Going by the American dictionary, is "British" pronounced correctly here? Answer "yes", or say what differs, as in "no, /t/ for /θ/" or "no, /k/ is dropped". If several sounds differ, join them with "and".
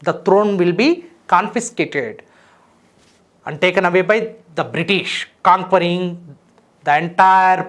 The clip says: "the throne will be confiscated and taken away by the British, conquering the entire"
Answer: yes